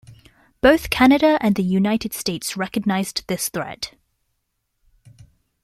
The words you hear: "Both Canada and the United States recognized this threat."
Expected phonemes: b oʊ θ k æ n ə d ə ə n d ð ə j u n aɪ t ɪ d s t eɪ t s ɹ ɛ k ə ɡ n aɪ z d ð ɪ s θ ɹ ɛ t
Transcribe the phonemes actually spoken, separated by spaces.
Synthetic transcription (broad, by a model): b oʊ θ k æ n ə d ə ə n ð ə j u n aɪ t ɪ d s t eɪ t s ɹ ɛ k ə ɡ n aɪ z ð ɪ s θ ɹ ɛ t